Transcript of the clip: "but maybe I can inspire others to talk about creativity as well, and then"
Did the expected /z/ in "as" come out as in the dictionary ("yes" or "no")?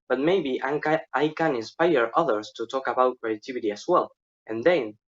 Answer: no